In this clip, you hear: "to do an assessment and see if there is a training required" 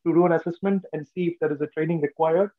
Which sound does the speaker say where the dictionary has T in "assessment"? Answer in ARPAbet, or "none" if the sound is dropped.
T